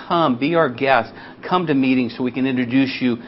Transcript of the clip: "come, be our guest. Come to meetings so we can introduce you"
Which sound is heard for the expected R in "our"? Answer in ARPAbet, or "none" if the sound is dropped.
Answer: R